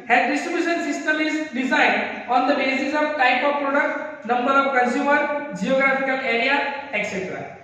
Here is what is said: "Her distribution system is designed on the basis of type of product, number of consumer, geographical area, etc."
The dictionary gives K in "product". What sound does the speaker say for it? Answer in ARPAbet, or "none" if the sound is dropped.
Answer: K